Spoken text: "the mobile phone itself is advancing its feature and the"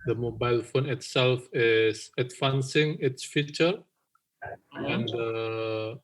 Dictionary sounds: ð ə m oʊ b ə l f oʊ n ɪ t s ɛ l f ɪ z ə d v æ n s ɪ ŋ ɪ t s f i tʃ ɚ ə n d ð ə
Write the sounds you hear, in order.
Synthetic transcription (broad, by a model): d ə m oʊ b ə l f oʊ n ɪ t s ɛ l f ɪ s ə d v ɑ n s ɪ ŋ ɪ t s f i tʃ ɚ ə n d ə